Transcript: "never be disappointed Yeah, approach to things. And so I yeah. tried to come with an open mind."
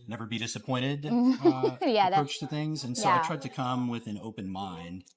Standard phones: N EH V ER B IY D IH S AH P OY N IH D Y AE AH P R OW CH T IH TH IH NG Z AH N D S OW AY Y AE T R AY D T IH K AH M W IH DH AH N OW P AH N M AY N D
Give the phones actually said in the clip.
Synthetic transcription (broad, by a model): N EH V ER B IY D IH S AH P OY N IH D Y AE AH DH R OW CH T IH TH IH NG Z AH N S OW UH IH T R AY D T IH K AH M W IH DH AH N OW P AH N M AY N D